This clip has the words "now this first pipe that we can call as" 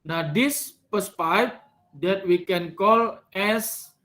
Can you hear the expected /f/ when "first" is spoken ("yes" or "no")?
no